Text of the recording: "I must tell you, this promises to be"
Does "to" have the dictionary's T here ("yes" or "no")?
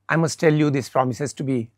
yes